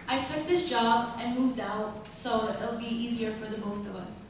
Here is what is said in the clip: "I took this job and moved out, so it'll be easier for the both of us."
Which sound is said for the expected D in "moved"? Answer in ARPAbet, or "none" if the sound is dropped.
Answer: D